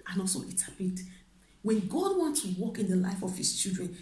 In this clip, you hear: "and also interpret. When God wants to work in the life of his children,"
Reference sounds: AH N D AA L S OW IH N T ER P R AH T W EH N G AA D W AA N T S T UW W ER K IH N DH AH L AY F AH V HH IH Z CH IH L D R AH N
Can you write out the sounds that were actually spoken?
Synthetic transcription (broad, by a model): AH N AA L S OW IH T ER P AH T W EH N G AA D W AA N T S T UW W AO K IH N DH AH L AY F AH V HH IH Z CH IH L D R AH N